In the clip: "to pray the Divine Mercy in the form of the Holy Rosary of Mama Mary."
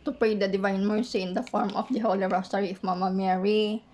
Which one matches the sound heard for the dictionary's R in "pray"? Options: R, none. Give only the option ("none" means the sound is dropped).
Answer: none